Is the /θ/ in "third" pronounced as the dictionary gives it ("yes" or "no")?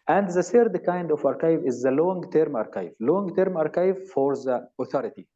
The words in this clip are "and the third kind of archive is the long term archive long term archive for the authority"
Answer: no